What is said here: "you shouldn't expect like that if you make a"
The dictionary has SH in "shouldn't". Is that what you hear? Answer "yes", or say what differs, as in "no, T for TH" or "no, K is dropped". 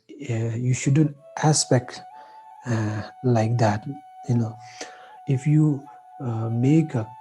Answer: yes